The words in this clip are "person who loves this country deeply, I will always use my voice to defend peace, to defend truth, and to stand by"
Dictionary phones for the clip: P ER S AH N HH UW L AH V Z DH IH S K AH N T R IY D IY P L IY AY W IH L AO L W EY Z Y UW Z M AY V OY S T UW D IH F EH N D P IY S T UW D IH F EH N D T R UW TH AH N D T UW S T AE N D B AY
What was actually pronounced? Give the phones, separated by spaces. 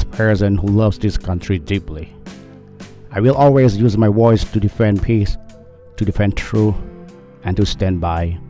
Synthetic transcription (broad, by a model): P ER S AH N HH UW L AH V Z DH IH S K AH N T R IY D IY P L IY AY W IH L AO L W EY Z Y UW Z M AY W OY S T UW D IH F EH N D P IY S T UW D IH F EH N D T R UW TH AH N T UW S T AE N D B AY